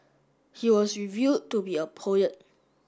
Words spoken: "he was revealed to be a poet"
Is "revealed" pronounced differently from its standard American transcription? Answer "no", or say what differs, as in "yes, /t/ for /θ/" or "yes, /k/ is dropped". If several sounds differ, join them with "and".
yes, /l/ is dropped